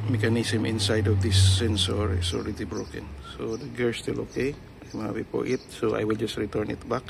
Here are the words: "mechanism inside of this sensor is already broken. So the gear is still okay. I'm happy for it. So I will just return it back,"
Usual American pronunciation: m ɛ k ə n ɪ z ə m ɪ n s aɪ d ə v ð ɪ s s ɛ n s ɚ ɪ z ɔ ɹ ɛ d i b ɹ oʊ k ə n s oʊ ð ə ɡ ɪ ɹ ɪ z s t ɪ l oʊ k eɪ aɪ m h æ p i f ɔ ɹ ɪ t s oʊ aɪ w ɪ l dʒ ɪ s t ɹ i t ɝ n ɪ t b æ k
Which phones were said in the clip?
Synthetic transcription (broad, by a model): m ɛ k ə n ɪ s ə m ɪ n s aɪ d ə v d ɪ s s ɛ n s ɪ s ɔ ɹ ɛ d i b ɹ oʊ k ə n s oʊ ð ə ɡ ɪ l s t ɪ l oʊ k eɪ aɪ m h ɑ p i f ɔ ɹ ɪ t s oʊ aɪ w ɪ l dʒ ɪ s t ɹ i t ɝ n ɪ t b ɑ k